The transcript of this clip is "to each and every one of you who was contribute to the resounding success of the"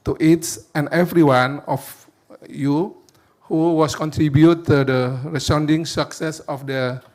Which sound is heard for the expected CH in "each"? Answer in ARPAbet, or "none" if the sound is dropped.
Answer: S